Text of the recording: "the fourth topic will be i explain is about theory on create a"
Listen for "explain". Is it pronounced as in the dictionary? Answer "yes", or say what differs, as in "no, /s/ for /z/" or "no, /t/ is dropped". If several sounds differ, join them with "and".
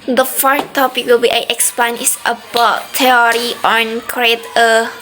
no, /l/ is dropped